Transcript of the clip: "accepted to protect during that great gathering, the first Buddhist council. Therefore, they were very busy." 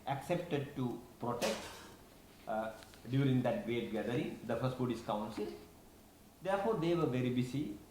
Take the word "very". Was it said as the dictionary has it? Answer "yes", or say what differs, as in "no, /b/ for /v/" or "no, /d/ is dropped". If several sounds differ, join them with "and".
yes